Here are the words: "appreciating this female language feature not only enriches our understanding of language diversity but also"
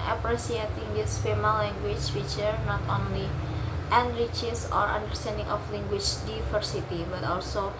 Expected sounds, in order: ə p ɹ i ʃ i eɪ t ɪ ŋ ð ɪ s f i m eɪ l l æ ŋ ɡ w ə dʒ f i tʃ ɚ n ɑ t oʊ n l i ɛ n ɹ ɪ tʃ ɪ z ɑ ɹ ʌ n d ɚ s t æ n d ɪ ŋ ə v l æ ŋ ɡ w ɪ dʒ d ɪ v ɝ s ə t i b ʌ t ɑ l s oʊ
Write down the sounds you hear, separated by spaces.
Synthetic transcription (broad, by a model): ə p ɹ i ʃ i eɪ t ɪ ŋ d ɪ s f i m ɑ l l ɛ ŋ ɡ w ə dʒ f i tʃ ɚ n ɑ t oʊ n l i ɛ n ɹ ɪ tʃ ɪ s ɑ ɹ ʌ n d ɚ s t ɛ n d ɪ ŋ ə f l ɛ ŋ ɡ w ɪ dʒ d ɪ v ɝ s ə t i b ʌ t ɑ l s oʊ